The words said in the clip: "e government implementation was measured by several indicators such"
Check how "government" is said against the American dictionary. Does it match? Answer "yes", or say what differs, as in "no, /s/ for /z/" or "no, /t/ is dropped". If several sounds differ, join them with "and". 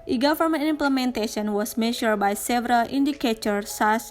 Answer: no, /f/ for /v/ and /t/ is dropped